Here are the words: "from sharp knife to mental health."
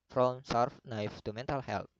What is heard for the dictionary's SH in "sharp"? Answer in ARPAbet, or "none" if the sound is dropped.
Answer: S